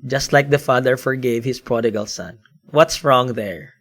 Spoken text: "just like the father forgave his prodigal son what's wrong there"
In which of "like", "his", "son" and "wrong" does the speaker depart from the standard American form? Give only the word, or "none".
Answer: his